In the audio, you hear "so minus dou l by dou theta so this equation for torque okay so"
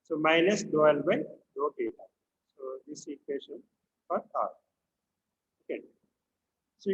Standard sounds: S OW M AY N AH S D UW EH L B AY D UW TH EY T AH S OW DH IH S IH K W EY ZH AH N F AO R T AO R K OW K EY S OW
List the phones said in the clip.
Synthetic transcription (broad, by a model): S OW M AY N AH S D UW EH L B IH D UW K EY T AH S OW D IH S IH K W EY SH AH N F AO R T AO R OW K EY S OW